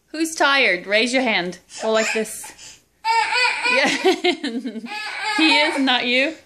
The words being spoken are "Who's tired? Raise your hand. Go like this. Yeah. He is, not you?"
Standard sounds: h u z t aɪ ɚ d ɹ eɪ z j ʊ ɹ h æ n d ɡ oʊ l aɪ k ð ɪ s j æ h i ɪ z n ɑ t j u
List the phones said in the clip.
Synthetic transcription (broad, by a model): h u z t aɪ ɚ d ɹ eɪ z j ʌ ɹ h æ n d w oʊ l aɪ k ð ɪ s j æ h i ɪ z n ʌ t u